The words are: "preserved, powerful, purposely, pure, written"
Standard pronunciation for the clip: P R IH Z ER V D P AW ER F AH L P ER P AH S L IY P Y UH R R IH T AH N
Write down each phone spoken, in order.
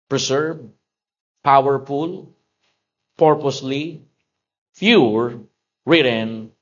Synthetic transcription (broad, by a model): P R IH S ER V P AW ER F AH L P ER P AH S L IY F Y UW R R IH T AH N